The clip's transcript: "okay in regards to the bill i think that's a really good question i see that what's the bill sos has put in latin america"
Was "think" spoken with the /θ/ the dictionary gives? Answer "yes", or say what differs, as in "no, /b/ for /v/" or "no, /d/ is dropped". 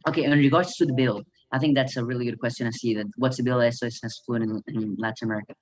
yes